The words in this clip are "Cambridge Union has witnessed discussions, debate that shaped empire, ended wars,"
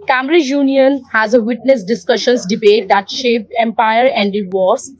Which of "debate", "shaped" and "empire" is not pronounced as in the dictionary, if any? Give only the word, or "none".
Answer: shaped